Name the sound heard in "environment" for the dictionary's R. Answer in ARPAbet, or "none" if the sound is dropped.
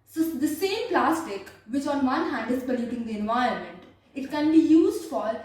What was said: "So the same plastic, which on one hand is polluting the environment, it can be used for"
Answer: none